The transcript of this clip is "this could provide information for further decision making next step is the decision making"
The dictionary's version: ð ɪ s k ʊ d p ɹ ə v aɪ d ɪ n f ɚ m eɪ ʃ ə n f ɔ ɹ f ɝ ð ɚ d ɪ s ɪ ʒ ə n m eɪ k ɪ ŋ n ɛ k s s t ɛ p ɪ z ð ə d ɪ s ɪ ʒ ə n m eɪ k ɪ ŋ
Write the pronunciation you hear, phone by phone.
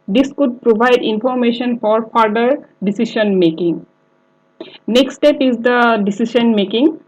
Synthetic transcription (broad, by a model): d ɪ s k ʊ d p ɹ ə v aɪ d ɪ n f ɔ m eɪ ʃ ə n f ɔ ɹ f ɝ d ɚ d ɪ s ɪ ʃ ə n m eɪ k ɪ ŋ n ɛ k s s t ɛ p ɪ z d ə d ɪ s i ʃ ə n m eɪ k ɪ ŋ